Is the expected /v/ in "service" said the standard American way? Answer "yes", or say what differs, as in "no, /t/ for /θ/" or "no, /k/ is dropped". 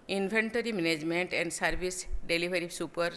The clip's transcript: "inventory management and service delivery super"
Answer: no, /b/ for /v/